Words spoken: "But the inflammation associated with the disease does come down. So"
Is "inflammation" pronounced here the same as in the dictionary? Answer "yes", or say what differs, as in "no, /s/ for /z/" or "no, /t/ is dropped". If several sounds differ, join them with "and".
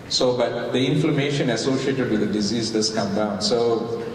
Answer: yes